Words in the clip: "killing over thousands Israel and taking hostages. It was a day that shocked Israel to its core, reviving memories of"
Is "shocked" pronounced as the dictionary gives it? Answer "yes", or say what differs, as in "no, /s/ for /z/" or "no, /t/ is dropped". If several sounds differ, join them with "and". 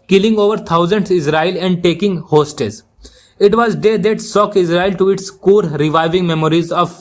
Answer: no, /s/ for /ʃ/ and /t/ is dropped